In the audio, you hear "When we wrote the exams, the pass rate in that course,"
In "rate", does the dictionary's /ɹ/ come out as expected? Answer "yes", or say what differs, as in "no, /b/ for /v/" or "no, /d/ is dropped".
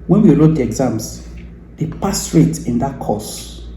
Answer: yes